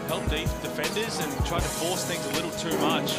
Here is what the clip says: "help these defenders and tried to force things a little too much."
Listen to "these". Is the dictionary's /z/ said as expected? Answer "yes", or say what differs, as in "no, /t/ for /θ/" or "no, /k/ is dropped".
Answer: no, /z/ is dropped